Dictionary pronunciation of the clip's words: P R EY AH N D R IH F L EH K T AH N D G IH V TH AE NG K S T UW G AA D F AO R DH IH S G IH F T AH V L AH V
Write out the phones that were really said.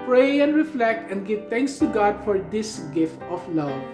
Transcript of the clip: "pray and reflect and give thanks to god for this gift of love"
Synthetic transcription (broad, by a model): P R EY AH N D R IH F L EH K T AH N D G IH V T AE NG K S T UW G AA D F AO R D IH S G IH F T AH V L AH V